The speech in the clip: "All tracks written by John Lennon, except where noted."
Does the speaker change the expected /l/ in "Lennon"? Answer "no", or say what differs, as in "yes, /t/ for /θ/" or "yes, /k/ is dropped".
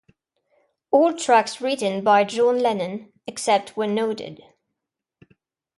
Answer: no